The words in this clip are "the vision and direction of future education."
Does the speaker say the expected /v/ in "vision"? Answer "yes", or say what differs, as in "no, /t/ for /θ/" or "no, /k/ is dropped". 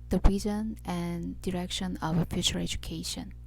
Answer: no, /b/ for /v/